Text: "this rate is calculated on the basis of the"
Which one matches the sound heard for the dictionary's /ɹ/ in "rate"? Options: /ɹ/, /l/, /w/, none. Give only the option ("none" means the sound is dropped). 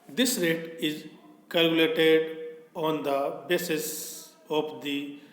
/ɹ/